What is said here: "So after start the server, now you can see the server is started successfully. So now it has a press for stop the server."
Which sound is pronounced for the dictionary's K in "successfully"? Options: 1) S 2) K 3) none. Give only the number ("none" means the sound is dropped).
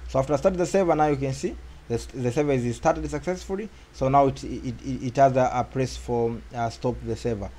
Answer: 2